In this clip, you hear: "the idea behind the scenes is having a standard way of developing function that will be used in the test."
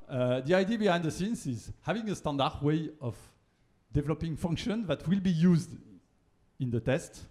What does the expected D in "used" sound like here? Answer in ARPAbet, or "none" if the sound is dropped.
D